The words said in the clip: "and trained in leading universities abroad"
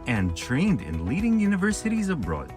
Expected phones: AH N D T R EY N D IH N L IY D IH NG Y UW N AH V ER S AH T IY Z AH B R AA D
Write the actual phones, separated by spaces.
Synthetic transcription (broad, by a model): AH N T R EY N D IH N L IY D IH NG Y UW N AH V ER S AH T IY Z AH B R AA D